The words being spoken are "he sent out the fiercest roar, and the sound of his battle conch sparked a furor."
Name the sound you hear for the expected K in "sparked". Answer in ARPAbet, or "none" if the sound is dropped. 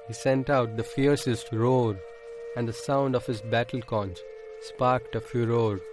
K